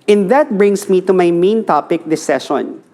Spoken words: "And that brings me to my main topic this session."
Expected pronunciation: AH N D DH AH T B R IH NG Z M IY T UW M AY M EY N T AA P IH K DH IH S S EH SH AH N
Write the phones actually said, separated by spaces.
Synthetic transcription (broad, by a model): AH N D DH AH T B R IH NG S M IY T UW M AY M EY N T AA P IH K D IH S S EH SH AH N